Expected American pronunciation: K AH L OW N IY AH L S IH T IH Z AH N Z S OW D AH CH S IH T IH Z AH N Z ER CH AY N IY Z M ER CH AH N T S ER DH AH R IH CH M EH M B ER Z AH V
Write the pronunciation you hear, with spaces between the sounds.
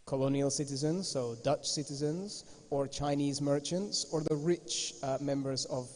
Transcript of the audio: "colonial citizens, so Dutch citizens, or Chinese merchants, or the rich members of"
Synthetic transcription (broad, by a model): K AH L OW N IY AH L S IH T IH Z AH N Z S OW D AH CH S IH T IH Z AH N Z ER CH AY N IY Z M ER CH AH N T S ER DH AH R IH CH M EH M B ER Z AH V